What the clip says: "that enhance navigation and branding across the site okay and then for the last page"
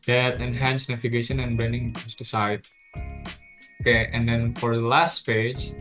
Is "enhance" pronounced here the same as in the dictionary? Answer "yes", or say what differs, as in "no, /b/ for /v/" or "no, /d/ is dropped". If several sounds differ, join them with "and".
yes